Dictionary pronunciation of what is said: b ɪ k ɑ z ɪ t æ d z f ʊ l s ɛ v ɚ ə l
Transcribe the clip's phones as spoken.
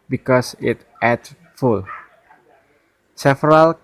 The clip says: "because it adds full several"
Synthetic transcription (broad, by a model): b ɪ k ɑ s ɪ t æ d f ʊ l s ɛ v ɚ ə l